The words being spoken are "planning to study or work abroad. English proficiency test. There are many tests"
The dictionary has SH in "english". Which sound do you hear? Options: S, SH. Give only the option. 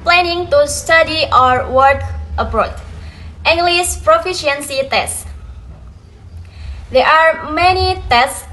S